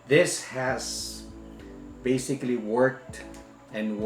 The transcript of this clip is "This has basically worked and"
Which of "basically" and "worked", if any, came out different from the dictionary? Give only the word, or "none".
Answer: none